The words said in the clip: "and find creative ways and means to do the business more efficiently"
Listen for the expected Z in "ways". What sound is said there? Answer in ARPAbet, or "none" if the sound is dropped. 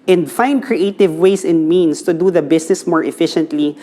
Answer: S